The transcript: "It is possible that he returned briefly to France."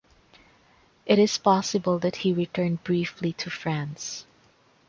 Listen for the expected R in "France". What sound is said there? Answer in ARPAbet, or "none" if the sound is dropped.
R